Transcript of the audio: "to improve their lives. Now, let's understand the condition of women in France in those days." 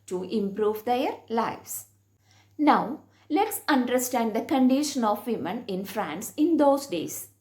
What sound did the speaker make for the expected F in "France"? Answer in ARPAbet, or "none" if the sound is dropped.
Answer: F